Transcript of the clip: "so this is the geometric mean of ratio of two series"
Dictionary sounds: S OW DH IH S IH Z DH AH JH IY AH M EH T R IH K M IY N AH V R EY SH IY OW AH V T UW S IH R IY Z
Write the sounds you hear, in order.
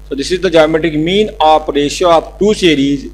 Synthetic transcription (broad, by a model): S OW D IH S IH Z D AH JH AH M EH T IH K M IY N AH P R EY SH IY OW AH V T UW S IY R IY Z